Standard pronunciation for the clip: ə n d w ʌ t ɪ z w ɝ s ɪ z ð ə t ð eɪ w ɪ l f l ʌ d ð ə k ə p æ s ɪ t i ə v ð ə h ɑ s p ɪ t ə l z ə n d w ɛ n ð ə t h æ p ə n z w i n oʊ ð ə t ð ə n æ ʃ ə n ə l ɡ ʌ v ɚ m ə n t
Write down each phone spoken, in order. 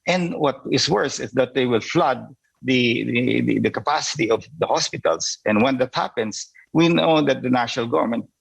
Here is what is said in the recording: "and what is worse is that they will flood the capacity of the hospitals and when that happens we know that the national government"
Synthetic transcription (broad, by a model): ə n w ʌ t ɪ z w ɝ s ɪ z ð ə t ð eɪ w ɪ l f l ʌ d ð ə k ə p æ s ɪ t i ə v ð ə h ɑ s p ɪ t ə l s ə n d w ɛ n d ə t h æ p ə n s w i n oʊ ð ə t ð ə n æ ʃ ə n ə l ɡ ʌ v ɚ m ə n t